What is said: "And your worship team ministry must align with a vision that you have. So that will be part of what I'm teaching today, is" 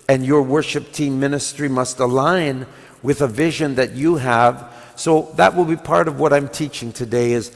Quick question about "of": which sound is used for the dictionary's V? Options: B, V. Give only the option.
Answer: V